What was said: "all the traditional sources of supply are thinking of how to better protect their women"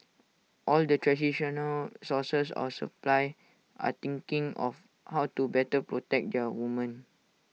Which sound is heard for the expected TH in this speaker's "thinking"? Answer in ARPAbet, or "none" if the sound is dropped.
T